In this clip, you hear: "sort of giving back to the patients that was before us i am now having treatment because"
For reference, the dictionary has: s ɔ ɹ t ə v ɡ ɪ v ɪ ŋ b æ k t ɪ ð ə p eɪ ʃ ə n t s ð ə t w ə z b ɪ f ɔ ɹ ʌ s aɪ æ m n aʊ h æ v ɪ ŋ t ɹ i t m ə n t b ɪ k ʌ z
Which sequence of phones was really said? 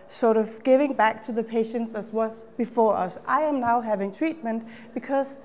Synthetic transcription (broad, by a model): s ɔ ɹ t ə v ɡ ɪ v ɪ ŋ b æ k t ɪ ð ə p eɪ ʃ ə n t s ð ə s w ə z b ɪ f ɔ ɹ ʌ s aɪ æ m n aʊ h æ v ɪ ŋ t ɹ i t m ə n t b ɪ k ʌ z